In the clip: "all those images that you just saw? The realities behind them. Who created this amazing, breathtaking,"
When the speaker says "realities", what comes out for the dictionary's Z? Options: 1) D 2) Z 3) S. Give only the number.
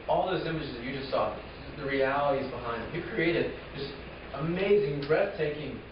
2